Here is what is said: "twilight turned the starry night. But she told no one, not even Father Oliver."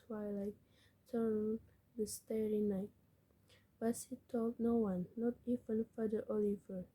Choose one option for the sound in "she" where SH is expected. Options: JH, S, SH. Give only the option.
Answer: S